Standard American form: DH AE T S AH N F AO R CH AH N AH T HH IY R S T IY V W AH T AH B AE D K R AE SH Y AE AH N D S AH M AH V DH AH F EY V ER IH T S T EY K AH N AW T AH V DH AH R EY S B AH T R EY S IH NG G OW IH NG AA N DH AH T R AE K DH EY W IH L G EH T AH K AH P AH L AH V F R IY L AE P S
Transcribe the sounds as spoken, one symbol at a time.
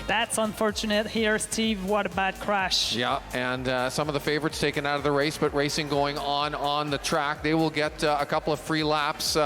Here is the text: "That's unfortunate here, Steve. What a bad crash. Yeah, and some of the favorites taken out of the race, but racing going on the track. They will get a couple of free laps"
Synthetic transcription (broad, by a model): DH AE T S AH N F AO R CH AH N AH T HH IY R S T IY V W AH T AH B AE D K R AE SH Y AE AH N S AH M AH V DH AH F EY V ER IH T S T EY K AH N AW T AH V DH AH R EY S B AH T R EY S IH NG G OW IH NG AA N DH AH T R AE K DH EY W IH L G EH T AH K AH P L AH V F R IY L AE P S